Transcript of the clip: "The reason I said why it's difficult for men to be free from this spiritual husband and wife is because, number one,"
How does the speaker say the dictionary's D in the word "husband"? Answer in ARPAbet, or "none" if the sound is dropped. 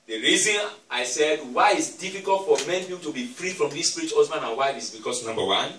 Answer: none